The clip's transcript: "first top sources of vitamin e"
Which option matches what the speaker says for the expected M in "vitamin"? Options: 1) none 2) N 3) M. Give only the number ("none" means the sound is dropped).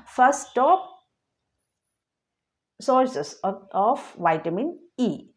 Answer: 3